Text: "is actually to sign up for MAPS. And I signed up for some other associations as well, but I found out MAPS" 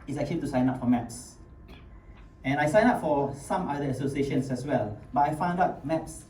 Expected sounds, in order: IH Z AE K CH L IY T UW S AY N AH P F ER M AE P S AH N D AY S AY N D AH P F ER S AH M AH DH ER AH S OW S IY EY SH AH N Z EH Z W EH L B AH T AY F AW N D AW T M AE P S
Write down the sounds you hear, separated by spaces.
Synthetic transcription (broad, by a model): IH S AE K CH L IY T UW S AY N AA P F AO M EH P S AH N AY S AY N AA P F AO S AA M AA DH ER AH S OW S IY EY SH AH N S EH S W EH L B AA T AY F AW N D AW T M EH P S